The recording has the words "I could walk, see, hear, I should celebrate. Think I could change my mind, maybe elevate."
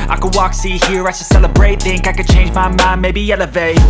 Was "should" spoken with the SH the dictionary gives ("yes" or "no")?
no